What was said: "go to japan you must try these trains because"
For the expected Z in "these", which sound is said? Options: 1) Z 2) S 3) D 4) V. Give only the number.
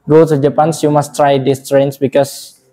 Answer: 2